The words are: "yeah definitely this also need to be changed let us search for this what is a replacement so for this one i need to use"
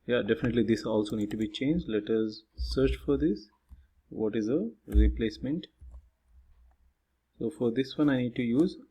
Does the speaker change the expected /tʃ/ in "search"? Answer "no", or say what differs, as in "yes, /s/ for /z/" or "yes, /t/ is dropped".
no